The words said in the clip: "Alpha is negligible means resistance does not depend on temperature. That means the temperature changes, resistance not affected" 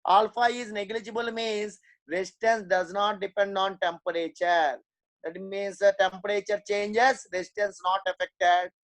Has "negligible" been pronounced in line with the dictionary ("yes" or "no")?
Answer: yes